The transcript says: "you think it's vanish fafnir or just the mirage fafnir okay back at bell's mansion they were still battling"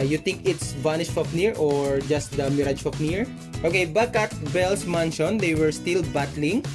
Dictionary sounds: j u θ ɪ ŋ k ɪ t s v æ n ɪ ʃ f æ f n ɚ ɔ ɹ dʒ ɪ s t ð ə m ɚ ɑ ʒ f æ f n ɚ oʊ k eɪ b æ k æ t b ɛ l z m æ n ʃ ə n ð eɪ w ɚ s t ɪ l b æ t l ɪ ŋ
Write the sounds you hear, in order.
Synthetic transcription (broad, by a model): j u t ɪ ŋ k ɪ t s b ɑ n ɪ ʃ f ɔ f n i ɔ ɹ dʒ ɪ s t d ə m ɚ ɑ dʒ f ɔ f n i oʊ k eɪ b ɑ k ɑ t b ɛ l s m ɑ n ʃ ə n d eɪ w ɚ s t ɪ l b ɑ t l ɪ ŋ